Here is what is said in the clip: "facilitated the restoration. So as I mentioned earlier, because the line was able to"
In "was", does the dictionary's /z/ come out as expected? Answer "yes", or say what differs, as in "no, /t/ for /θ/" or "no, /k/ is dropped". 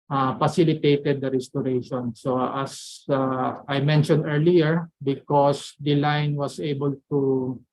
no, /s/ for /z/